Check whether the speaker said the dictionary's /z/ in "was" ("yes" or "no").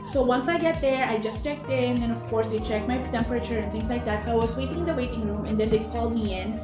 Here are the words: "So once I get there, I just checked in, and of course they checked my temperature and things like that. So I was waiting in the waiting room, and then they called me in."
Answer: no